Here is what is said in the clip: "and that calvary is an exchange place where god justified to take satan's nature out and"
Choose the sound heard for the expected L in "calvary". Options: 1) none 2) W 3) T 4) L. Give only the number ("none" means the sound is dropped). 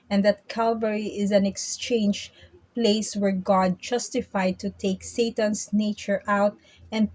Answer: 4